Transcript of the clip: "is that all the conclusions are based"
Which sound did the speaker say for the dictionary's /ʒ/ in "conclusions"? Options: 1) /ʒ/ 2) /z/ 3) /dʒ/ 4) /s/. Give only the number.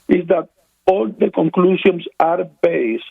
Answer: 4